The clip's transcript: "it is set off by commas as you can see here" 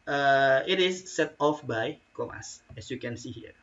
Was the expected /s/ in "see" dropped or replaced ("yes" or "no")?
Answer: no